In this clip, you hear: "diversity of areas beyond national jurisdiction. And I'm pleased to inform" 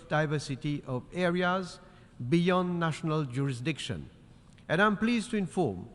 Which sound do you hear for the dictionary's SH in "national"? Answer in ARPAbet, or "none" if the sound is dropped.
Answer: SH